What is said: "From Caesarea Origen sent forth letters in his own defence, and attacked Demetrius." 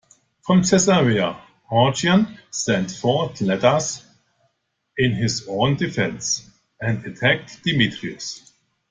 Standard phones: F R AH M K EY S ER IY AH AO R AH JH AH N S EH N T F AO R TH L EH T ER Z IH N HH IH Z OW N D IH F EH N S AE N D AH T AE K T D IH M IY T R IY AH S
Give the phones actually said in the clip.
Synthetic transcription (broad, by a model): F R AH M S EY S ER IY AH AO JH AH AH N S EH N T F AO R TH L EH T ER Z IH N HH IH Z OW N D IH F EH N S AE N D AH T AE K T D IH M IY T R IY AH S